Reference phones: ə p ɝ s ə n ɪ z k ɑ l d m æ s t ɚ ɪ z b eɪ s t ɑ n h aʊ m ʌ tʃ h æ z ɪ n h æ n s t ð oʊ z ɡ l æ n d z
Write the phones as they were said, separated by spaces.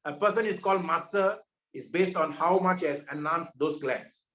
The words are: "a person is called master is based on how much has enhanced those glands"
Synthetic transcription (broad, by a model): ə p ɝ s ə n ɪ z k ɑ l d m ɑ s t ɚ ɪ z b eɪ s t ɑ n h aʊ m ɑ tʃ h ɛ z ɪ n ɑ n s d oʊ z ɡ l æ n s